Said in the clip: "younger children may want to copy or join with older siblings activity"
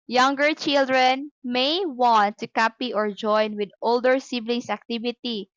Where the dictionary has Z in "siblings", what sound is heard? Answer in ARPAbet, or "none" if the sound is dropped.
S